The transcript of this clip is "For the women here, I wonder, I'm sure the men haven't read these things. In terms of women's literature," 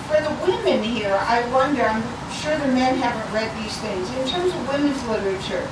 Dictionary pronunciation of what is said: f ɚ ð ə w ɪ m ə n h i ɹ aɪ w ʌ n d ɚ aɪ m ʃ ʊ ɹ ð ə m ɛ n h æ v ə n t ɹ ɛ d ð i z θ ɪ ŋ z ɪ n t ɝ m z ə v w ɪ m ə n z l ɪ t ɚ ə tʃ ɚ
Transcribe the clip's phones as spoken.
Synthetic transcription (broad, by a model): f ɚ ð ə w ɪ m ə n h i ɹ aɪ w ʌ n d ɚ aɪ m ʃ ʊ ɹ ð ə m ɛ n h æ v ə n t ɹ ɛ d ð i z θ ɪ ŋ z ɪ n t ɝ m z ə v w ɪ m ə n z l ɪ t ɚ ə tʃ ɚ